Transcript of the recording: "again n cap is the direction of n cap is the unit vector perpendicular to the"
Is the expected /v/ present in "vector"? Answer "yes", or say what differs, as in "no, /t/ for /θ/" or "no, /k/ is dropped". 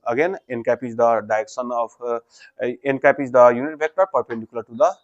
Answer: no, /b/ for /v/